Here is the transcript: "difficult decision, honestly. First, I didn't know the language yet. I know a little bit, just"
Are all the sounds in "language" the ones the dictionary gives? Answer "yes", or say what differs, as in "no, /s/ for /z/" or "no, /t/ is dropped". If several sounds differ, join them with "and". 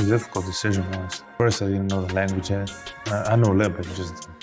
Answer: yes